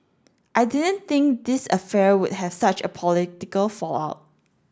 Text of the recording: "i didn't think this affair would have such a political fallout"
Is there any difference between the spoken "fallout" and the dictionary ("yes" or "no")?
no